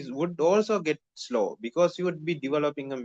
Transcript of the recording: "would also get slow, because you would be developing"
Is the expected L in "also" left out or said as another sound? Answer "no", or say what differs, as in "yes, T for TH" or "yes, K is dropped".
no